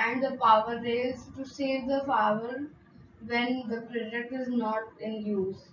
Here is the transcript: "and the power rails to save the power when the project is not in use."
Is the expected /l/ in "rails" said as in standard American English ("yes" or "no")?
no